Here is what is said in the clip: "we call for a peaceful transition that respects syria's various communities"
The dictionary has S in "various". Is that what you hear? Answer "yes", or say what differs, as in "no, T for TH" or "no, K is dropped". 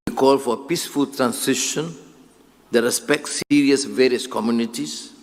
yes